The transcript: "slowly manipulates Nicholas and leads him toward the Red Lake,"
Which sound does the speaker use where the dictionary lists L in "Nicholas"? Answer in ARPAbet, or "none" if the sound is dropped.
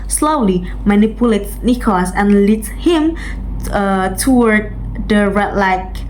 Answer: none